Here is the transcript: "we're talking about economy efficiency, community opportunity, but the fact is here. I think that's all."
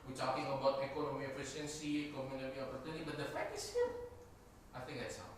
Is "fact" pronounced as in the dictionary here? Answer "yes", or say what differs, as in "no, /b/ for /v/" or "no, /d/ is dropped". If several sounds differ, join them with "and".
no, /t/ is dropped